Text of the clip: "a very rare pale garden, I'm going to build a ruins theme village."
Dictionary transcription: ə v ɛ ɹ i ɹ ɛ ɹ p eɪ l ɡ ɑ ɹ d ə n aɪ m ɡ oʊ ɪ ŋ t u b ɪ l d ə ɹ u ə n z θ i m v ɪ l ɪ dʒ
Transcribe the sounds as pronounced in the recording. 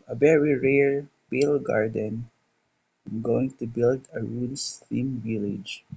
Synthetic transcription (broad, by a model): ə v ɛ ɹ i ɹ ɛ ɹ b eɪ l ɡ ɑ ɹ d ə n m ɡ oʊ ɪ ŋ t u b ɪ l d ə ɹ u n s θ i m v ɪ l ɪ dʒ